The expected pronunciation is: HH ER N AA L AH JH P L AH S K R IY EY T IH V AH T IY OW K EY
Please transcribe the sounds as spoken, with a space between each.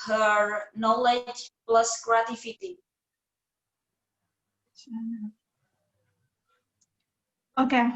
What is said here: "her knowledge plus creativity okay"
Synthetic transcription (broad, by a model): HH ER N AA L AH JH P L AH S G R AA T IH F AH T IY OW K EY